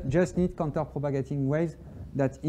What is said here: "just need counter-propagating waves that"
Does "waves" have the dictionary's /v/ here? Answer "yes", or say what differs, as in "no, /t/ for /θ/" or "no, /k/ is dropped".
no, /v/ is dropped